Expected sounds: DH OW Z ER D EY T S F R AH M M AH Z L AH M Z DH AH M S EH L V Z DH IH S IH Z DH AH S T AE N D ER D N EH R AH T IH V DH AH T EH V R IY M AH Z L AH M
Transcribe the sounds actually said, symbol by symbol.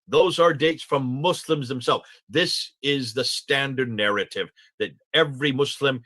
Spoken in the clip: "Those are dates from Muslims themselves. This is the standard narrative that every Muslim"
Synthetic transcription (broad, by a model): DH OW Z ER D EY T S F R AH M M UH S L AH M Z DH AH M S EH L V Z DH IH S IH Z DH AH S T AE N D ER D N EH R AH T IH V DH AH T EH V R IY M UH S L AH M